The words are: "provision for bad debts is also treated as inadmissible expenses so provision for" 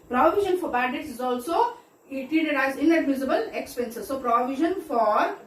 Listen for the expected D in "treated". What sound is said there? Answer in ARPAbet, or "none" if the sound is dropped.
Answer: none